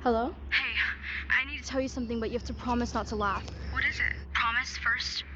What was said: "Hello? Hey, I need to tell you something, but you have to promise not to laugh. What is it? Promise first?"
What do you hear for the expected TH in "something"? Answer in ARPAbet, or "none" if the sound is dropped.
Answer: TH